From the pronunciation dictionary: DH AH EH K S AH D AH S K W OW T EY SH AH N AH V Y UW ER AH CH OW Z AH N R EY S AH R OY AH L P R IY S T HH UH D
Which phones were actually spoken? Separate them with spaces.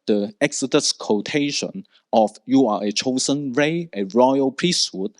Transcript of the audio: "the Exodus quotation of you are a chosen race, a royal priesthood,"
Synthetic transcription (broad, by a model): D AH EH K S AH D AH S K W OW T EY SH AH N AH F Y UW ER AH CH OW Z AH N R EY AH R OY AH L P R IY S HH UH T